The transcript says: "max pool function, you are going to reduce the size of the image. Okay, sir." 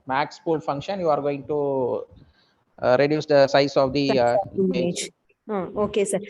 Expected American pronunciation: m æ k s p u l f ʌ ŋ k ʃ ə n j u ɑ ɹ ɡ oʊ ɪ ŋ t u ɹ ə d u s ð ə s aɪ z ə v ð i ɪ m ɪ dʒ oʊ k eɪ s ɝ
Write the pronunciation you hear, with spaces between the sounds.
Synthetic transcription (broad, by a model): m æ k s p u l f ʌ ŋ k ʃ ə n j u ɑ ɹ ɡ oʊ ɪ ŋ t u ɹ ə d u s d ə s aɪ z ə v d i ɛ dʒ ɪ oʊ k eɪ s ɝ